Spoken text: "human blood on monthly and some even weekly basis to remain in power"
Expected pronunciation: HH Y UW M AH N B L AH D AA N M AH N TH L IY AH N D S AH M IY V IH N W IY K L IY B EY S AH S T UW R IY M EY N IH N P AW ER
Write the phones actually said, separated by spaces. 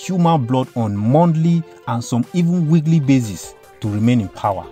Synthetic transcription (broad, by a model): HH Y UW M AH N B L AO D AA N M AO N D L IY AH N S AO M IY V IH N W IY K L IY B EY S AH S T UW R IY M EY N IH N P AW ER